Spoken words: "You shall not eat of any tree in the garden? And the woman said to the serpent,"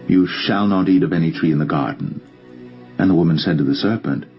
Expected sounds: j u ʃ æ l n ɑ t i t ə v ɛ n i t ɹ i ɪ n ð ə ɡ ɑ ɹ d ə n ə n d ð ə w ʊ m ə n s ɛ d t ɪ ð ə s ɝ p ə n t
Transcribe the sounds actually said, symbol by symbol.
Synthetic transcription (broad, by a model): j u ʃ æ l n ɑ t i t ə v ɛ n i t ɹ i ɪ n ð ə ɡ ɑ ɹ d n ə n ð ə w ʊ m ə n s ɛ d t ɪ ð ə s ɝ p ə n t